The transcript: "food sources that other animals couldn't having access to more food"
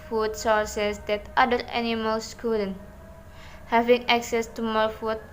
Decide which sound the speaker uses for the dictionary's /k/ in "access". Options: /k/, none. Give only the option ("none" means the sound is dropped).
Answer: /k/